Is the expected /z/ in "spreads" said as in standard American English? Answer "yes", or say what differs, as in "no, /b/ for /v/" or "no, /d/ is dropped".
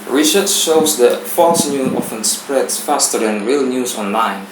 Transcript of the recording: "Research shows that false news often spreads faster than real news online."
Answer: no, /z/ is dropped